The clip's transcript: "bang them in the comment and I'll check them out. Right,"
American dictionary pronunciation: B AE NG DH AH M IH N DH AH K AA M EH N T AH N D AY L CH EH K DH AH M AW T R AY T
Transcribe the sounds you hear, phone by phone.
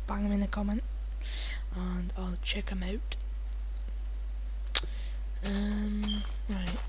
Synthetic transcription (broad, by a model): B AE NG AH M IH N DH AH K AA M EH N T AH N AY L CH EH K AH M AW T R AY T